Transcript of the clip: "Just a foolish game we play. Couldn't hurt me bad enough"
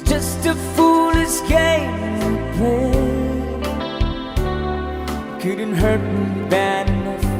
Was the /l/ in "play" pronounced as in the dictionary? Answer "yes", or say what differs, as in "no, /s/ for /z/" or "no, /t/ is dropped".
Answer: no, /l/ is dropped